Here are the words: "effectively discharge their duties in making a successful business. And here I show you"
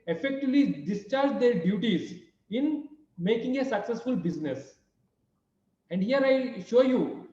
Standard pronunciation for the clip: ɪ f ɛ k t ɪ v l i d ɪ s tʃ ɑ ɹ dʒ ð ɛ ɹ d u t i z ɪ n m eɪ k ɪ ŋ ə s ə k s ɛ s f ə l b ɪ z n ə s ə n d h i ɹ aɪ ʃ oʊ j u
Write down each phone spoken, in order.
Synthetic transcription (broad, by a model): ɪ f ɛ k t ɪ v l i d ɪ s tʃ ɑ ɹ dʒ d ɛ ɹ d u t i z ɪ n m eɪ k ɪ ŋ ə s ə k s ɛ s f ə l b ɪ z n ə s ə n d h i ɹ aɪ ʃ oʊ j u